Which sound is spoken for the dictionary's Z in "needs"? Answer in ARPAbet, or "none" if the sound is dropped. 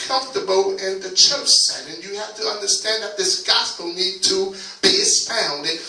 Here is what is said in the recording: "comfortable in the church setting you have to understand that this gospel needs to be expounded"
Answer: none